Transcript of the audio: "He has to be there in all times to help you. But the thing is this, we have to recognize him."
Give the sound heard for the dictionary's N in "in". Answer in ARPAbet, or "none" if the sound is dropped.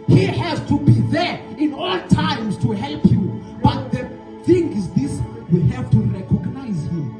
N